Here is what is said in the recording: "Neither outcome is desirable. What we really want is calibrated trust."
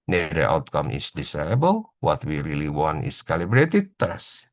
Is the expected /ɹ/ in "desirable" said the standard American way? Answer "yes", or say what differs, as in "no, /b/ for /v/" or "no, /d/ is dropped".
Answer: no, /ɹ/ is dropped